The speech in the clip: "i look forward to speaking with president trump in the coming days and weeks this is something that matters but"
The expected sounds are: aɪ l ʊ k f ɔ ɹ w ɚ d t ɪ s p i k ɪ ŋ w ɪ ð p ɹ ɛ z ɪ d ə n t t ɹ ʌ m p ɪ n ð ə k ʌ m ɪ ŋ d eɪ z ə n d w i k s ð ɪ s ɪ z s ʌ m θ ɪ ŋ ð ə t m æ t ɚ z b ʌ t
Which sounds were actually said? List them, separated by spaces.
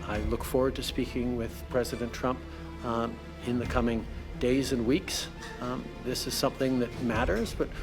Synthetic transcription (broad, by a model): aɪ l ʊ k f ɔ ɹ w ɚ d t ɪ s p i k ɪ ŋ w ɪ ð p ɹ ɛ z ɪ d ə n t t ɹ ʌ m p ɪ n ð ə k ʌ m ɪ ŋ d eɪ z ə n w i k s ð ɪ s ɪ z s ʌ m θ ɪ ŋ ð ə t m æ t ɚ z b ʌ t